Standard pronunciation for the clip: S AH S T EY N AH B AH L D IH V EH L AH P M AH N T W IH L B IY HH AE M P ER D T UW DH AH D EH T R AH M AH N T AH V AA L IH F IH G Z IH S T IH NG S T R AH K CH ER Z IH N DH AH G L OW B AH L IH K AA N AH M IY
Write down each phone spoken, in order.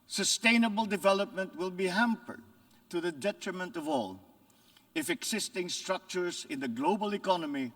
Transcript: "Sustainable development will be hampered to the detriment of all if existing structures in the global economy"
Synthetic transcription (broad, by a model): S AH S T EY N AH B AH L D IH V EH L AH P M AH N T W IH L B IY HH AE M P ER D T UW DH AH D EH T R AH M AH N T AH V AA L IH F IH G S IH S T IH NG S T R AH K CH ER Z IH N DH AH G L OW B AH L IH K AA N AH M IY